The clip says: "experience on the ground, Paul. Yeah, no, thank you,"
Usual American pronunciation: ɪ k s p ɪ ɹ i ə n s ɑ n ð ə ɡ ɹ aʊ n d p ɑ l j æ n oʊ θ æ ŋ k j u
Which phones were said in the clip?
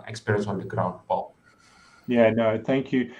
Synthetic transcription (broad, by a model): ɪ k s p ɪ ɹ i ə n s ɑ n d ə ɡ ɹ aʊ n d b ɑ l j æ n oʊ θ æ ŋ k j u